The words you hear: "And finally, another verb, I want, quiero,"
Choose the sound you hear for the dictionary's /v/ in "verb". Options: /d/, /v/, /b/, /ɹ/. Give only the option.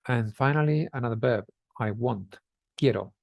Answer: /b/